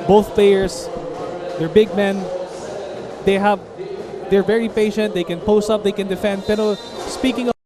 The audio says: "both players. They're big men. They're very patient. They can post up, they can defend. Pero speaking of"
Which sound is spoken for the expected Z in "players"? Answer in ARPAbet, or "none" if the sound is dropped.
S